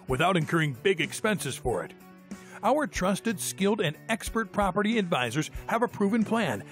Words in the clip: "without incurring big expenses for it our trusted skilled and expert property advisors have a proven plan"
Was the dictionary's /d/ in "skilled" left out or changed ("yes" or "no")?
no